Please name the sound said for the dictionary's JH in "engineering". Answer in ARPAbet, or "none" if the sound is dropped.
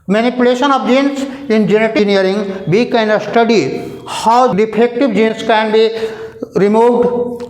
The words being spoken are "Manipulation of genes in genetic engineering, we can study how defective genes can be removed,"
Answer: none